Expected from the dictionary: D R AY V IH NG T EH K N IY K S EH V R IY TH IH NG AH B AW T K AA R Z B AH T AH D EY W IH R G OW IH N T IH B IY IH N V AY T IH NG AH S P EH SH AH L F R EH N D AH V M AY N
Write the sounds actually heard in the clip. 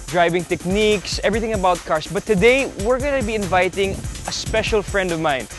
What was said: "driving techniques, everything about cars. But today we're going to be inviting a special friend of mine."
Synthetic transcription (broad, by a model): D R AY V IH NG T EH K N IY K S EH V R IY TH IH NG AH B AW T K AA R S B AH T AH D EY W IH R G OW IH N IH B IY IH N V AY T IH NG AH S P EH SH AH L F R EH N D AH V M AY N